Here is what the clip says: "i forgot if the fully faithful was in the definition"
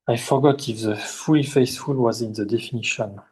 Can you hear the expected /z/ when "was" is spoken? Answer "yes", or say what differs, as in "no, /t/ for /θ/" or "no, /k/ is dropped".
yes